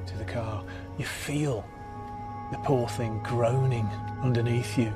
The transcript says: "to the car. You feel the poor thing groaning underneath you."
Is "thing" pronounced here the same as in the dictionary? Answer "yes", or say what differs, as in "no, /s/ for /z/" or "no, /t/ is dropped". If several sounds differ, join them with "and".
yes